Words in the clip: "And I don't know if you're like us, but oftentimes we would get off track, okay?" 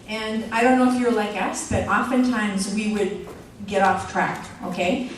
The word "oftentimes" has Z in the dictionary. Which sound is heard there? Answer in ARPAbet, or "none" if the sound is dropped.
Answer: Z